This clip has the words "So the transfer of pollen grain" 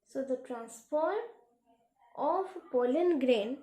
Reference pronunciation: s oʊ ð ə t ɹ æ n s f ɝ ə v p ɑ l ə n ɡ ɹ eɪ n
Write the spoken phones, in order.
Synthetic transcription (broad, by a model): s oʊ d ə t ɹ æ n s p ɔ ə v p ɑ l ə n ɡ ɹ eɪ n